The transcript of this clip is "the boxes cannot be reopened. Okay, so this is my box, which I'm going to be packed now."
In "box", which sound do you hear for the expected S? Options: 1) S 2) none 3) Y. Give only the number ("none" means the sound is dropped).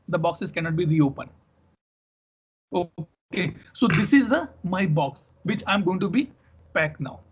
1